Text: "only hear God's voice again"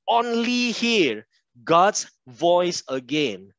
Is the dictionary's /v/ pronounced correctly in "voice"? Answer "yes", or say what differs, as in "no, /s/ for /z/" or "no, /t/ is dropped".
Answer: yes